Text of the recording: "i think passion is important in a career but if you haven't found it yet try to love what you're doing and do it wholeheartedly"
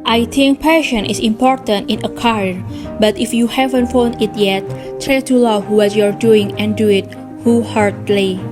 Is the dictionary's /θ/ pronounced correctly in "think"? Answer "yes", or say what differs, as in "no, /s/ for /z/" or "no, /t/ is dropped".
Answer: no, /t/ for /θ/